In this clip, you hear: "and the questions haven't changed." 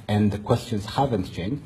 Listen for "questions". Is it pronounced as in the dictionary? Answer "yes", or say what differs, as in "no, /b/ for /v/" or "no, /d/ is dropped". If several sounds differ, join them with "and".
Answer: yes